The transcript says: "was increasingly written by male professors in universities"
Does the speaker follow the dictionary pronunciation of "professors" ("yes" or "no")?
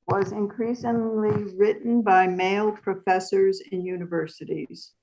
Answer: yes